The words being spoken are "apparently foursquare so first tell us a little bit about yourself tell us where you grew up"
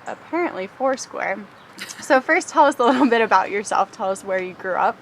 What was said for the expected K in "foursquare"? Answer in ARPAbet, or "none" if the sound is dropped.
K